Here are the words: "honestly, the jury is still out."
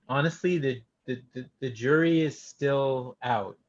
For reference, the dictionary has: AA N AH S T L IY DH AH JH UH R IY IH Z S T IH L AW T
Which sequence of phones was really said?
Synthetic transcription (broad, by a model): AA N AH S T L IY DH AH JH UH R IY IH Z S T IH L AW T